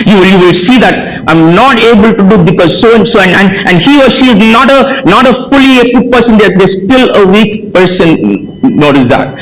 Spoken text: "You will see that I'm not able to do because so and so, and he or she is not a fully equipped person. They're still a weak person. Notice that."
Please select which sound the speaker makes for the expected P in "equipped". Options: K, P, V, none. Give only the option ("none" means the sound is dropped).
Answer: none